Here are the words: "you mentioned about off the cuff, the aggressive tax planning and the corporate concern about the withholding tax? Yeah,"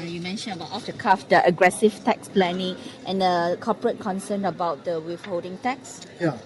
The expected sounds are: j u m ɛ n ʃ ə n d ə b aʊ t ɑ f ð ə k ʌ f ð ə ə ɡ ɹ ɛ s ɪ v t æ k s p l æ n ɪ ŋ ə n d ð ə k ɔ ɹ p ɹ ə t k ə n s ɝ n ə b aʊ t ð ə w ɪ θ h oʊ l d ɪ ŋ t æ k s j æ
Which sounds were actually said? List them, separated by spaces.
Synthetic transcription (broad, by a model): j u m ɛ n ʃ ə n ə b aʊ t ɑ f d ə k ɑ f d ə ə ɡ ɹ ɛ s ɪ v t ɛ k s p l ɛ n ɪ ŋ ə n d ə k ɔ p ɹ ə t k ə n s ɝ n ə b aʊ t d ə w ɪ f h oʊ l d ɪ ŋ t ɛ k s j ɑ